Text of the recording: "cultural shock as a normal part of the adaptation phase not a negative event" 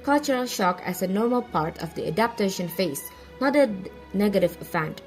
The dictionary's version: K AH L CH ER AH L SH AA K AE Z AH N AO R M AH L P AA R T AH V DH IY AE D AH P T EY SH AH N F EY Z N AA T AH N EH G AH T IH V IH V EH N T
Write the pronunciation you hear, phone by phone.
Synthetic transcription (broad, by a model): K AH L CH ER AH L SH AA K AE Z AH N AO R M AH L P AA R T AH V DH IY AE D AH P T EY SH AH N F EY S N AA T AH N EH G AH T IH V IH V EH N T